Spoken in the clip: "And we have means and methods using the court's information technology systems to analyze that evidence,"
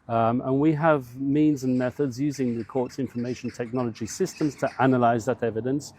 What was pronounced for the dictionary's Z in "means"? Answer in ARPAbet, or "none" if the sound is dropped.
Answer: Z